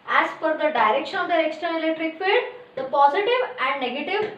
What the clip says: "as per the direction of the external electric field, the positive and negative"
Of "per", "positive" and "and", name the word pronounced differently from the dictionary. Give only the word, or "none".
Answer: per